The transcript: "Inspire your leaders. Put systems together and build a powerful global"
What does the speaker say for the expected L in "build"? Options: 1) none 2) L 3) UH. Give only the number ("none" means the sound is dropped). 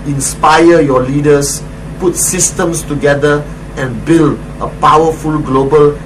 2